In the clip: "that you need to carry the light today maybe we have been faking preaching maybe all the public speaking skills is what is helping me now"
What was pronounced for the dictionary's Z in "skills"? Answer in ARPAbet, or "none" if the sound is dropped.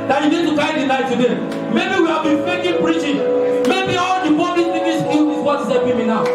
none